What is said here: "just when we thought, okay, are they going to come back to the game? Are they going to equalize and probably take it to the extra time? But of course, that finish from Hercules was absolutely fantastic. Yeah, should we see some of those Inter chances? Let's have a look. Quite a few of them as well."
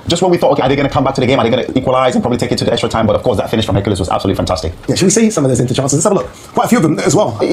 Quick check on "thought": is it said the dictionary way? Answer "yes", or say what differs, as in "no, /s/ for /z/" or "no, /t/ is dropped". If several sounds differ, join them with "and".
yes